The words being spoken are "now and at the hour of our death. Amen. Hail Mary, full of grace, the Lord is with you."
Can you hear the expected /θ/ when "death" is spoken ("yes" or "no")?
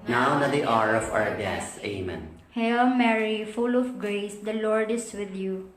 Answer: no